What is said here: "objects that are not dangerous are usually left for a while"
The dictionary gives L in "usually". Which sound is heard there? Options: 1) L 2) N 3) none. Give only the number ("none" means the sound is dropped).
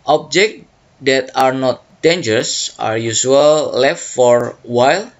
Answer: 3